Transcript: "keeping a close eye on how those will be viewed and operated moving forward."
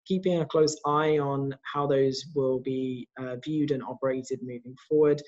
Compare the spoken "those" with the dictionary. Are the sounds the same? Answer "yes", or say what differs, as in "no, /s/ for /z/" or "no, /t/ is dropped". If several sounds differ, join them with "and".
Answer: yes